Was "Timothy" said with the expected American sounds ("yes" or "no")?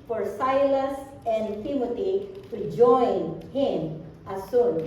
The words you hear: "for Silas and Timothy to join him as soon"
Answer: no